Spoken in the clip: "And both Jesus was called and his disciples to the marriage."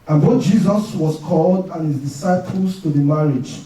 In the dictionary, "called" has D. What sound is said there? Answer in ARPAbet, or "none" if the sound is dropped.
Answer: D